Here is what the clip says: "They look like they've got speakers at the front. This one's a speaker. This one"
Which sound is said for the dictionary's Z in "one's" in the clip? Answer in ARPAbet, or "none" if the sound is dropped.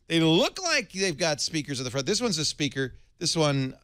Z